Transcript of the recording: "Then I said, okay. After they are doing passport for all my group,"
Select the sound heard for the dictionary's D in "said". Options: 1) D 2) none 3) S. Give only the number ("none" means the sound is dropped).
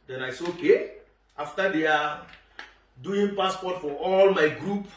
2